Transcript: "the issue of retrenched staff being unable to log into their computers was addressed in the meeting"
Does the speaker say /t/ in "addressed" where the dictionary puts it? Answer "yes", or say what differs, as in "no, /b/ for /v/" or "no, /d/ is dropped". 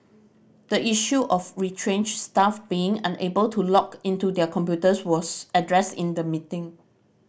yes